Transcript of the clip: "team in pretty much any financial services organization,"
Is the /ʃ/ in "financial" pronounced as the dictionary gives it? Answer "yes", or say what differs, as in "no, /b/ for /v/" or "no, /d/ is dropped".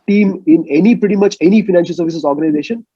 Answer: yes